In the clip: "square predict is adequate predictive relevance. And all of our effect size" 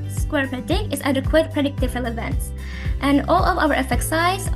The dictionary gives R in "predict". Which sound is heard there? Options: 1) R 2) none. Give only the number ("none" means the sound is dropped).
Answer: 2